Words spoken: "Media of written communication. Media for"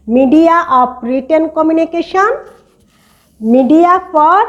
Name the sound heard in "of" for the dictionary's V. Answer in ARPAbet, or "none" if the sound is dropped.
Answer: P